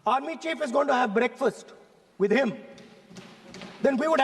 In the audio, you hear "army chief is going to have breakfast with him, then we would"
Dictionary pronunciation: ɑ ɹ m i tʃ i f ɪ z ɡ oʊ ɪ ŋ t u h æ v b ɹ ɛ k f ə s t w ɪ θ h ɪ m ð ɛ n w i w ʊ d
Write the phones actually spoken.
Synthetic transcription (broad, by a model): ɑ ɹ m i tʃ i f ɪ z ɡ oʊ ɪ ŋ t u h æ v b ɹ ɛ k f ə s t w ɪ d h ɪ m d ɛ n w i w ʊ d